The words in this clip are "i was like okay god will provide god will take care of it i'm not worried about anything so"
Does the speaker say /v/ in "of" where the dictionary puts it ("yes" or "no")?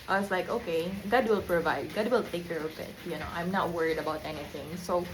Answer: no